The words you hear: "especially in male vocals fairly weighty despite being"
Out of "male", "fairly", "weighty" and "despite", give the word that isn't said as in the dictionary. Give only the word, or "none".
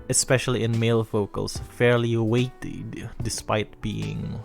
none